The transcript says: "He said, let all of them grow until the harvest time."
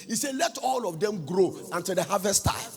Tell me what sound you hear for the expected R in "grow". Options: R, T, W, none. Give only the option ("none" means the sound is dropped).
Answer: R